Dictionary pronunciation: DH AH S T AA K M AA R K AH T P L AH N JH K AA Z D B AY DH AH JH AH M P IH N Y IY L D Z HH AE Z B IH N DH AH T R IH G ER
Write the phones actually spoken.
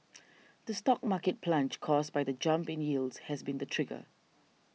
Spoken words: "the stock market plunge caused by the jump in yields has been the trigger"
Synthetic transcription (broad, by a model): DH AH S T AA K M AA K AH T P L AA N CH K AA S B AY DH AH JH AH M P IH N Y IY L D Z HH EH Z B IH N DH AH T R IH G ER